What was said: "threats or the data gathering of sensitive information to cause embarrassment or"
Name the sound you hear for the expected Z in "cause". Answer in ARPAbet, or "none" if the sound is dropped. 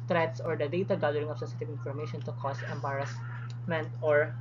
S